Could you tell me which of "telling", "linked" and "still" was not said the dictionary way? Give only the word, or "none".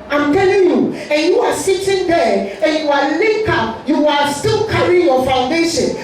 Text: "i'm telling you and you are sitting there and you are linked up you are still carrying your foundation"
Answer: linked